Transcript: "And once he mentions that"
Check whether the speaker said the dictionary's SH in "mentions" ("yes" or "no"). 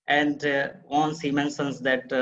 no